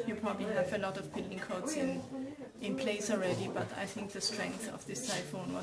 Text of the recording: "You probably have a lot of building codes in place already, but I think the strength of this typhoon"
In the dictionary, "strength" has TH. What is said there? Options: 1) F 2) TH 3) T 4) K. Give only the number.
2